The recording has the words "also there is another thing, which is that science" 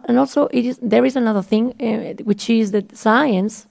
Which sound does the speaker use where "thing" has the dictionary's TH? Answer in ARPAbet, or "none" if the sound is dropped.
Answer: TH